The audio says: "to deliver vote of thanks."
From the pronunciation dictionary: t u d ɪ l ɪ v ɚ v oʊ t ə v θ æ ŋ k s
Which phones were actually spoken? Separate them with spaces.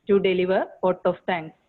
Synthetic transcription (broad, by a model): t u d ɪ l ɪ v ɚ p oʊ t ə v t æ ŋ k s